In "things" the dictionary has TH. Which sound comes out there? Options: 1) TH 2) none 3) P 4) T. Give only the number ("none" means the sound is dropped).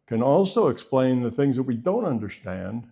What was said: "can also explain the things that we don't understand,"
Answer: 1